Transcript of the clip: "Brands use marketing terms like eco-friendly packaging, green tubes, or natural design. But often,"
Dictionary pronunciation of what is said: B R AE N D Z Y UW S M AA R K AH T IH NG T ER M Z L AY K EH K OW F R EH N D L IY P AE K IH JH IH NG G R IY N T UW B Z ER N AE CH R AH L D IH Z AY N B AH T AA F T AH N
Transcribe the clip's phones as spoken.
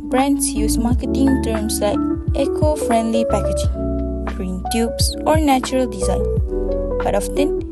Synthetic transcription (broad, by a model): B R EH N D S Y UW S M AA K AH T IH NG T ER M S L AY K EH K OW F R EH N D L IY P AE K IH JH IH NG G R IY N T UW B S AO N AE CH R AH L D IH Z AY N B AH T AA F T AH N